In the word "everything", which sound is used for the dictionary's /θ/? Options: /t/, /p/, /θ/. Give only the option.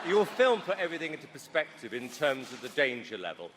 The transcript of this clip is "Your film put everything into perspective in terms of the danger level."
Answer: /θ/